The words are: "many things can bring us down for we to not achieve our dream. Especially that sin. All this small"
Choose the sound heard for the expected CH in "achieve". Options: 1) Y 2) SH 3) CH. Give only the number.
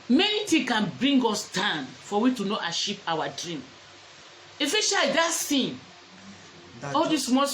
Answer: 2